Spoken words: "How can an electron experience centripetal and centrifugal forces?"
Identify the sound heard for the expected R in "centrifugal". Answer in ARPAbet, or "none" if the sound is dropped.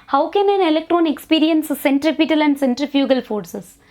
R